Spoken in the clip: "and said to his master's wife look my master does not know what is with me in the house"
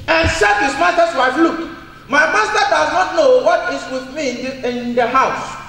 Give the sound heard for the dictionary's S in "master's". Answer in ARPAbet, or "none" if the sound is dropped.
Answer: none